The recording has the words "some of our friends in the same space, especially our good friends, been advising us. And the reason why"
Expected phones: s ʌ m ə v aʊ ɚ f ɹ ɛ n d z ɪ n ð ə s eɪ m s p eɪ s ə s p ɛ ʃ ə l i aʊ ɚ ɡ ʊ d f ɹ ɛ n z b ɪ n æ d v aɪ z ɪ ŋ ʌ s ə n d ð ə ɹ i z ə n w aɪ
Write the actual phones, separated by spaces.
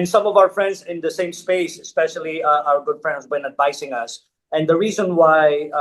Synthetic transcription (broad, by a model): s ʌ m ə v aʊ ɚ f ɹ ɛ n d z ɪ n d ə s eɪ m s p eɪ s ə s p ɛ ʃ ə l i aʊ ɚ ɡ ʊ d f ɹ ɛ n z b ɪ n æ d v aɪ s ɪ ŋ ʌ s ə n d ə ɹ i z ə n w aɪ